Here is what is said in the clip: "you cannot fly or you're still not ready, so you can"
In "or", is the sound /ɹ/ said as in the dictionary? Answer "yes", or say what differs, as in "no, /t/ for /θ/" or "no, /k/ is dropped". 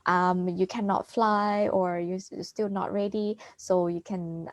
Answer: yes